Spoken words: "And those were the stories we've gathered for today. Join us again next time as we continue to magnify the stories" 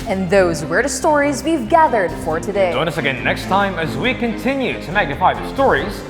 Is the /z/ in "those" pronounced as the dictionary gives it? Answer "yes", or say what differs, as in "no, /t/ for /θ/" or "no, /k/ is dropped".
yes